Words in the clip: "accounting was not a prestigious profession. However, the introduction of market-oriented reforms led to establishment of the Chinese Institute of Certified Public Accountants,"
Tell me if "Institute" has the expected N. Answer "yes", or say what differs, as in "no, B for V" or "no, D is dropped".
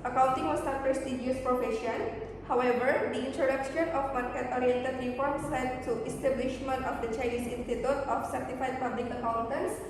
yes